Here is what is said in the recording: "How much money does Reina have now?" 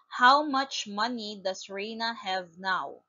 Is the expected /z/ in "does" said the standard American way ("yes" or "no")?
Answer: no